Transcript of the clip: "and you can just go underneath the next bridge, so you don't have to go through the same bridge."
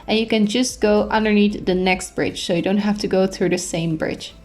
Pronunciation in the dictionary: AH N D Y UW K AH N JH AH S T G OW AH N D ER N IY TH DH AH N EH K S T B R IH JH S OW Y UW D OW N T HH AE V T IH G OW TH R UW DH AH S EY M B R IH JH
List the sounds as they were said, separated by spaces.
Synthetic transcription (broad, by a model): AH N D Y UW K AH N JH AH S T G OW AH N D ER N IY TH DH AH N EH K S T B R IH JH S OW Y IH D OW N T HH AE F T IH G OW TH R UW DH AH S EY M B R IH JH